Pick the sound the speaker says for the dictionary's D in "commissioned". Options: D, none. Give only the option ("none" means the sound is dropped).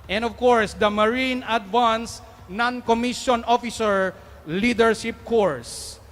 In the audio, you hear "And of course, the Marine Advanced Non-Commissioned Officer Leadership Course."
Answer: none